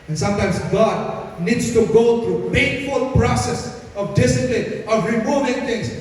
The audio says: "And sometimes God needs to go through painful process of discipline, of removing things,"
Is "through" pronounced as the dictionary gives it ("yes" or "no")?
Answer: no